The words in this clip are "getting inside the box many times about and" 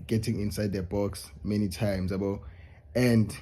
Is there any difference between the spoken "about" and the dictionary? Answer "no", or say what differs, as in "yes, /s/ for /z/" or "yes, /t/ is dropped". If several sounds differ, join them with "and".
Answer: yes, /t/ is dropped